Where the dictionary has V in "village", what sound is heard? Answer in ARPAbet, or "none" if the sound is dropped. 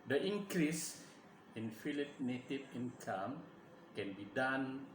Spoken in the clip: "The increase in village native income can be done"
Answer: F